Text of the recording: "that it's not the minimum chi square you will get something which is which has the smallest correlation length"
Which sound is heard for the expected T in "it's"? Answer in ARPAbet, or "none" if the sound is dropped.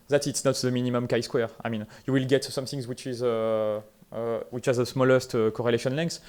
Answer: T